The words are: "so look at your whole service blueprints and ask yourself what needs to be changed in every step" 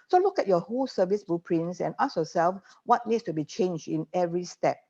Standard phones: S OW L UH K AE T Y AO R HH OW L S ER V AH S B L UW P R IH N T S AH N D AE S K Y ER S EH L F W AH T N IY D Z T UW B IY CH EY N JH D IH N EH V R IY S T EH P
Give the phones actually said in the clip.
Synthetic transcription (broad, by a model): S OW L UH K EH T Y AO HH OW L S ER V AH S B UW P R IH N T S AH N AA S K Y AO S EH L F W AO T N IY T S T UW B IY CH EY N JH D IH N EH V R IY S T EH P